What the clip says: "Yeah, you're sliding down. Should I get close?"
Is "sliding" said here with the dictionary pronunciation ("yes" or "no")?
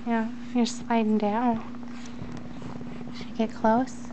yes